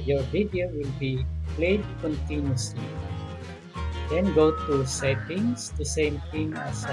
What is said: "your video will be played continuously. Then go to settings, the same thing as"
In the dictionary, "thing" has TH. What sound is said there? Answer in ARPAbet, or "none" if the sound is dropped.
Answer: T